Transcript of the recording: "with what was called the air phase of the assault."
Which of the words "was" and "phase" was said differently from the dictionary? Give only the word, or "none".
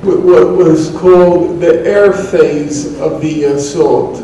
none